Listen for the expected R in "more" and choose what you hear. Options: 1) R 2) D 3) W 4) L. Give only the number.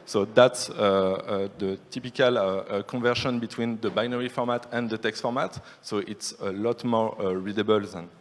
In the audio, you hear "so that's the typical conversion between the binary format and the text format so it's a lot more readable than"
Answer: 1